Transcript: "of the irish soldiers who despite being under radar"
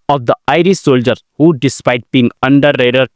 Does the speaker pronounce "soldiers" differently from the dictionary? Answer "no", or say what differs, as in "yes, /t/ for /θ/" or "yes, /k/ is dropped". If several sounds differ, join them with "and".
yes, /z/ is dropped